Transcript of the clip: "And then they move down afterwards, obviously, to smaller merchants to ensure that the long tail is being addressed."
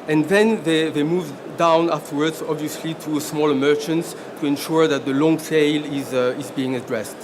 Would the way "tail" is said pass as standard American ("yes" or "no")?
no